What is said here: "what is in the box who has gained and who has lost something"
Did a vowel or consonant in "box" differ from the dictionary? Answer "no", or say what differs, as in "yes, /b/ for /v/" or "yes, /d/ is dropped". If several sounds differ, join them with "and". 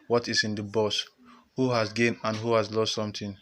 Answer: yes, /k/ is dropped